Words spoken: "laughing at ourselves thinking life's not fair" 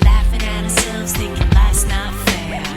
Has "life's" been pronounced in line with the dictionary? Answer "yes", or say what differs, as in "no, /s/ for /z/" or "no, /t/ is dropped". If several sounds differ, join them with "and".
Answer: no, /f/ is dropped